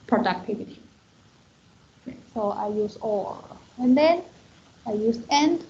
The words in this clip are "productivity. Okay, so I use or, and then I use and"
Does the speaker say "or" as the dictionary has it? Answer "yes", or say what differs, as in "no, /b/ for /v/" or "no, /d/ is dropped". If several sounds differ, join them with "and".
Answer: no, /l/ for /ɹ/